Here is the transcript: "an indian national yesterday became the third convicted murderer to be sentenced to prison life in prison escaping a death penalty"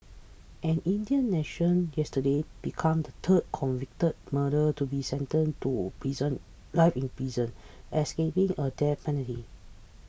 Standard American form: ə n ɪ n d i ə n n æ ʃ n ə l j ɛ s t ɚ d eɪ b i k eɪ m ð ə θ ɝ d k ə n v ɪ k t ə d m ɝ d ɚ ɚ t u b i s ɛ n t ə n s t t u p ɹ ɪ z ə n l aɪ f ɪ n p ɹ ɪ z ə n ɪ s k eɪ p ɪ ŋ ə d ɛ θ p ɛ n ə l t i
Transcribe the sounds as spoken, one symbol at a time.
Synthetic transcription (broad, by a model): ə n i n d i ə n n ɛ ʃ ə n j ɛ s t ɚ d eɪ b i k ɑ m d ə t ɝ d k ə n v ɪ k t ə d m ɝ d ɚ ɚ t u b i s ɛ n t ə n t t u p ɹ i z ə n l aɪ f ɪ n p ɹ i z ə n ɪ s k eɪ p ɪ ŋ ə d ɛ p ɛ n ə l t i